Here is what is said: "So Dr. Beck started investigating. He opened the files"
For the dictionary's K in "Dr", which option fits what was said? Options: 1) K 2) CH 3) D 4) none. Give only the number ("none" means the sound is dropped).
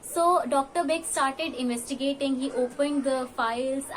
1